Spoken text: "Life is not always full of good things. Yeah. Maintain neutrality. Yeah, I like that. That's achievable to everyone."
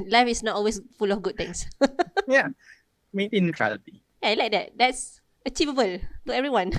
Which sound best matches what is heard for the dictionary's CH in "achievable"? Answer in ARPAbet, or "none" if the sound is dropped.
CH